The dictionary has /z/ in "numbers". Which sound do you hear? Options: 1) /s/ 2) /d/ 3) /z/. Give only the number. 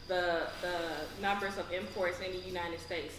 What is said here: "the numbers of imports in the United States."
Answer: 3